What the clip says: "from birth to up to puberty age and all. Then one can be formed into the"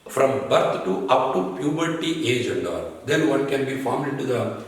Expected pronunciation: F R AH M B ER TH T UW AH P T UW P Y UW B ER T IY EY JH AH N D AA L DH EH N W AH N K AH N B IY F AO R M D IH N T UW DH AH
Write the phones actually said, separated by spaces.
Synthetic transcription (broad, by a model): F R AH M B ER T T UW AH P T UW P Y UW B ER T IY EY JH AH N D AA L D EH N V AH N K AH N B IY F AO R M IH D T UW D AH